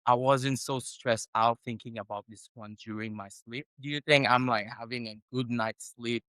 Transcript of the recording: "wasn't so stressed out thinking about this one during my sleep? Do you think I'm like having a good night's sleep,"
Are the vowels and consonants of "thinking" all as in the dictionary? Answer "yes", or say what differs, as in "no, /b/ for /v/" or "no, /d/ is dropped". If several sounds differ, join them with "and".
yes